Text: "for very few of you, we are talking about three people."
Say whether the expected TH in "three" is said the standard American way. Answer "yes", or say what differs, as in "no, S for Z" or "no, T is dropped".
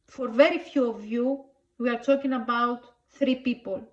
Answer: yes